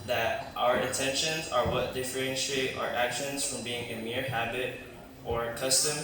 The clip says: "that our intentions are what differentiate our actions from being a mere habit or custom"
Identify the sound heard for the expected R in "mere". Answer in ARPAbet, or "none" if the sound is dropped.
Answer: R